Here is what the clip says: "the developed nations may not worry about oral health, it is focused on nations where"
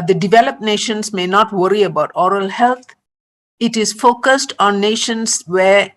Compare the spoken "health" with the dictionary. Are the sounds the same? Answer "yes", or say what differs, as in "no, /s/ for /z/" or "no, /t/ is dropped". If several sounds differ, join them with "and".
no, /t/ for /θ/